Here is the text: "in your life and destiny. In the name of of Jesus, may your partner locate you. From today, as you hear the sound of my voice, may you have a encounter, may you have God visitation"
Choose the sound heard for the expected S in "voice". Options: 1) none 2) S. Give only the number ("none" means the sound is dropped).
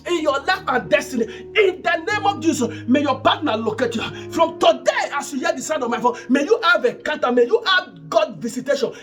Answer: 1